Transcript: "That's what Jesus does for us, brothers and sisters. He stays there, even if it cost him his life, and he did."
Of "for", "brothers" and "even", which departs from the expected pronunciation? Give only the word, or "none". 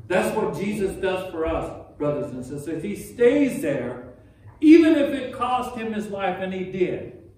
none